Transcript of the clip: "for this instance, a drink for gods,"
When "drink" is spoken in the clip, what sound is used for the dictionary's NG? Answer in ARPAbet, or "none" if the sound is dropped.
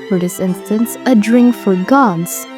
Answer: NG